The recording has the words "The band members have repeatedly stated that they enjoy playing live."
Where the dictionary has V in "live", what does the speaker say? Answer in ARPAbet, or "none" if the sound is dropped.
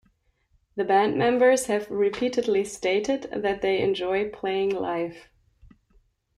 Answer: F